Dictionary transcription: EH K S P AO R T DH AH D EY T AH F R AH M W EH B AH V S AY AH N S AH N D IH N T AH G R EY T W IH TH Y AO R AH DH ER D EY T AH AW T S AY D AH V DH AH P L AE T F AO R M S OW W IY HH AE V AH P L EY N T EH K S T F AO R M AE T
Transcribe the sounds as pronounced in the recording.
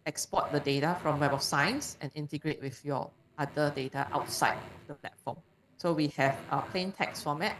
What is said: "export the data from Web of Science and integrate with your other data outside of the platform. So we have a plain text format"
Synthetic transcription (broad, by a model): EH K S P AO T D AH D EY T AH F R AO M W EH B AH F S AY AH N S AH N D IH N T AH G R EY T W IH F Y AO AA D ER D EY T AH AW T S AY D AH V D AH P L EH T F AO M S OW W IY HH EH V AH P L EY N T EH K S F AO M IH T